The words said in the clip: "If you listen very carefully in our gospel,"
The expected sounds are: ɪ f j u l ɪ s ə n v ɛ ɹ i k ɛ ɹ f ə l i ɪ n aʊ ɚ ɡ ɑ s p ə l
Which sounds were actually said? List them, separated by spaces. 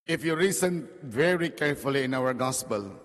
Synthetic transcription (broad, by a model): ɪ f j u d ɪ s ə n v ɛ ɹ i k ɛ ɹ f ə l i ɪ n aʊ ɚ ɡ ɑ s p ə l